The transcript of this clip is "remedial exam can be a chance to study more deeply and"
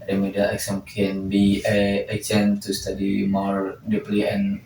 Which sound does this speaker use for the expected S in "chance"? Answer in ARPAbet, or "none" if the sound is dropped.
none